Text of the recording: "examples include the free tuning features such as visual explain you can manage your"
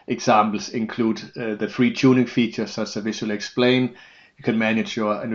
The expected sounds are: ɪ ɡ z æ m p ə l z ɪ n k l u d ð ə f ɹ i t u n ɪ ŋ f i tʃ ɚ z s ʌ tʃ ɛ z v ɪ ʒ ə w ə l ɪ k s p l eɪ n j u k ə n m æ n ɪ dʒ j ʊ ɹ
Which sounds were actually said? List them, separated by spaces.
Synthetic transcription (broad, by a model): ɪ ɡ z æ m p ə l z ɪ n k l u d ð ə f ɹ i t u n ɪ ŋ f i tʃ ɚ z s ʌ s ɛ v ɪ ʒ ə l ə ɪ k s p l eɪ n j k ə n m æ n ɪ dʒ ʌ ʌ